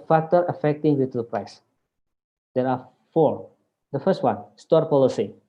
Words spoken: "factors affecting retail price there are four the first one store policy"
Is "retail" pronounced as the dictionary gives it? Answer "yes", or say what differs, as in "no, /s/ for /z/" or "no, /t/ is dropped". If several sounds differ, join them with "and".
no, /w/ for /ɹ/